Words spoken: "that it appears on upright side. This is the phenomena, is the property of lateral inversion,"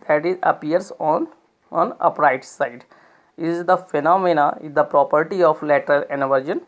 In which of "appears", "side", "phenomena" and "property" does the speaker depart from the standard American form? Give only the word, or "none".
appears